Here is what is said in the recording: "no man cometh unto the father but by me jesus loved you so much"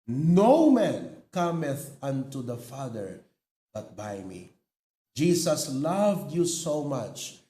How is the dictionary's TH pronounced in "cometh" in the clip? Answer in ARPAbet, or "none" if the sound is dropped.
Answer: TH